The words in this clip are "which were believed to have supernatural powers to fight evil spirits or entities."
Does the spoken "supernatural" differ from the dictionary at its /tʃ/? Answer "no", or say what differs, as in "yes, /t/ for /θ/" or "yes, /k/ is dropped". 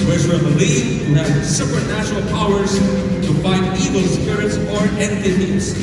yes, /ʃ/ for /tʃ/